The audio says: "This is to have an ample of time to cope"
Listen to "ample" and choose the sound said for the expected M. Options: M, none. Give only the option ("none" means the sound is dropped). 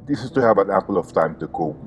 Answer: none